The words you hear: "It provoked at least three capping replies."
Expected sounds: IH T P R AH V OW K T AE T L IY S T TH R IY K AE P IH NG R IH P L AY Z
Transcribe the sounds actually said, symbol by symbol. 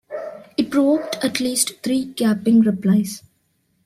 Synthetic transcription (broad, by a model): IH T P R AH V OW K T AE T L IY S T T R IY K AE P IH NG R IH P L AY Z